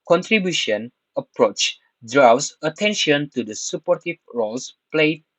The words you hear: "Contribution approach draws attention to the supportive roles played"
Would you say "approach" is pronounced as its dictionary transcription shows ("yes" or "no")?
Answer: yes